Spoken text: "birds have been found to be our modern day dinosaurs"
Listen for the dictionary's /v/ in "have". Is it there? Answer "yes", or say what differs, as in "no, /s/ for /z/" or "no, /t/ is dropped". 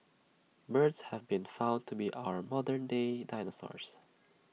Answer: yes